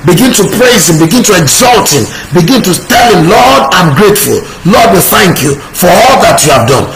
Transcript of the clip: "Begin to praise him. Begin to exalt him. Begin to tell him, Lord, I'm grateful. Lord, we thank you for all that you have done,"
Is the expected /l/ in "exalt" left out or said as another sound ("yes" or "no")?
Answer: no